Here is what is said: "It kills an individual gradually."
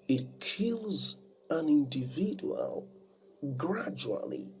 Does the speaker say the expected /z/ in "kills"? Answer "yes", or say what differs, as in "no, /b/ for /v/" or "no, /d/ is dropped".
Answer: yes